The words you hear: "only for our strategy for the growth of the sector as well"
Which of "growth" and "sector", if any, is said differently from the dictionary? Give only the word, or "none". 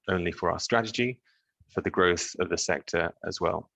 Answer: none